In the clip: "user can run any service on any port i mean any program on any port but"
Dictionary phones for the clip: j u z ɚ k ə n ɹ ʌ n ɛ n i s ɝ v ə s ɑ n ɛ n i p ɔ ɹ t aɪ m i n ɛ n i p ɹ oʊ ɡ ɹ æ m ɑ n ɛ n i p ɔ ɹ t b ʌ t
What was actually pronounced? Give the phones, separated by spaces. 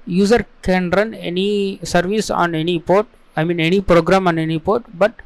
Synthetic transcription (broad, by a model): j u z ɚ k ə n ɹ ʌ n ɛ n i s ɝ v ə s ɑ n ɛ n i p ɔ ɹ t aɪ m i n ɛ n i p ɹ oʊ ɡ ɹ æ m ɑ n ɛ n i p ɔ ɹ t b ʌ t